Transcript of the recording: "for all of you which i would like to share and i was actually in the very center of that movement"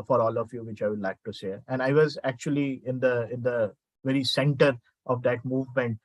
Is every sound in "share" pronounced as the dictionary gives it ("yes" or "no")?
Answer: no